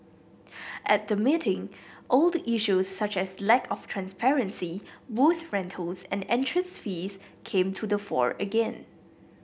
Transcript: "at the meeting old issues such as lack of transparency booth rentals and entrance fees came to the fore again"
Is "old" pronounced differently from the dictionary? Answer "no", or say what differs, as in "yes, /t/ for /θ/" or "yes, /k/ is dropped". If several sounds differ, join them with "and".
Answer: no